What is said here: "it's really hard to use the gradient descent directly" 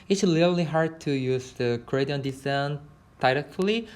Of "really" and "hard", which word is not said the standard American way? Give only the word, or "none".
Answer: really